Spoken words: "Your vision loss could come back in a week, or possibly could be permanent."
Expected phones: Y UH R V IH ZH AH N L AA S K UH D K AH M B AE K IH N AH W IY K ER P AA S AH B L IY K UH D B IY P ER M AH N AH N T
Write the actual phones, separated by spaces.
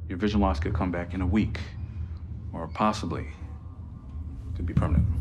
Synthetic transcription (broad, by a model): Y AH R V IH ZH AH N L AA S K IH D K AH M B AE K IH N AH W IY K ER P AA S AH B L IY K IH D B IY P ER M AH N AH N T